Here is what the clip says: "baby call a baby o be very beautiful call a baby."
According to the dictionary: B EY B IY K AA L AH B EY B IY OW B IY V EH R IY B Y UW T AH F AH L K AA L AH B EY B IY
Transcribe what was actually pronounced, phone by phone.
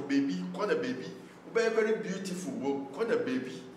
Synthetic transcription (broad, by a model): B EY B IY K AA N AH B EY B IY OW B IY B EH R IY B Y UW T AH F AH W K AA N AH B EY B IY